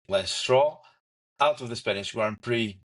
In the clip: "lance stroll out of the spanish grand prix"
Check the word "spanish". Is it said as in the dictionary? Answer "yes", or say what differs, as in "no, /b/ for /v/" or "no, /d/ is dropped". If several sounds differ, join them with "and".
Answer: no, /s/ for /ʃ/